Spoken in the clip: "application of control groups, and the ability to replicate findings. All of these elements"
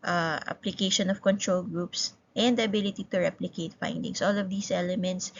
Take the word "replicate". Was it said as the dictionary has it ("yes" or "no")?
yes